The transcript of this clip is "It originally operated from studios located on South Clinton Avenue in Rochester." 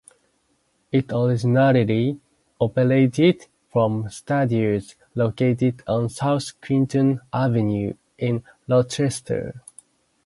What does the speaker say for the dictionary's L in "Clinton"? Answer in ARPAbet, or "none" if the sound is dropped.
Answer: W